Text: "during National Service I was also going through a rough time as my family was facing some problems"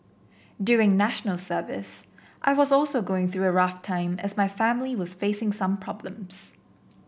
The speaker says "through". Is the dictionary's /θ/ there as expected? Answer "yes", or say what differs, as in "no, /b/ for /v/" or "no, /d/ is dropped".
yes